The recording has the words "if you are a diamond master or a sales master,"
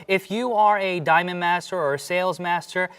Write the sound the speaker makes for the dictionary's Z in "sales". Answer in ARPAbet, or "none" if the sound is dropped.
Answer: Z